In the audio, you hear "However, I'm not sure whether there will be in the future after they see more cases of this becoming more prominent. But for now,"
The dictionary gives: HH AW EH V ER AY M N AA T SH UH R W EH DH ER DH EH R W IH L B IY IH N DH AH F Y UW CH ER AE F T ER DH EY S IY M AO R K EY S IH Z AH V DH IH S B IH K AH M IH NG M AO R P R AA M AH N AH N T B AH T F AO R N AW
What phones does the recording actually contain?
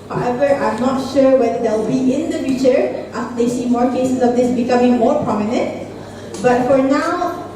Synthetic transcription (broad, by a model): HH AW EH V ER AY M N AA T SH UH R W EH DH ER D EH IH L B IY IH N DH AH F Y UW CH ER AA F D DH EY S IY M AO R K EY S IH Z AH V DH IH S B IH K AH M IH NG M AO R P R AA M AH N AH N T B AH T F AO R N AW